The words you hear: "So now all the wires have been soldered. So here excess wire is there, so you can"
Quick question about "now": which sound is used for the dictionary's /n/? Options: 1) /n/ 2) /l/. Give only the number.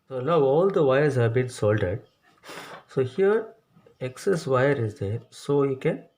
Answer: 2